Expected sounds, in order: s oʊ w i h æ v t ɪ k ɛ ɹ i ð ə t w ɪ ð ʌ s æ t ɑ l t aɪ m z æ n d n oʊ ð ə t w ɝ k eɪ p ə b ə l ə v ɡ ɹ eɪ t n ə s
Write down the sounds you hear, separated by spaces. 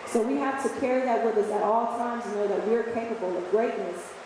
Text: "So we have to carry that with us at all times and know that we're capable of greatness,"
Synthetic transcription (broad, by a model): s oʊ w i h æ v t ɪ k ɛ ɹ i ð ə t w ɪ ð ʌ s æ t ɑ l t aɪ m z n n oʊ ð ə t w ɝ k eɪ p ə b l ə v ɡ ɹ eɪ t n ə s